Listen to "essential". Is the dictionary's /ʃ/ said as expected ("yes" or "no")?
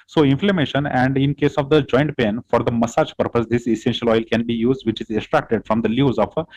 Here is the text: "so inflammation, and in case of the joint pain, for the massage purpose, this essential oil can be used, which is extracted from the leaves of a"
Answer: yes